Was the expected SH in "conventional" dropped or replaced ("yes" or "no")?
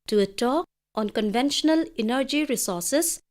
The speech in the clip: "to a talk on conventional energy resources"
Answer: no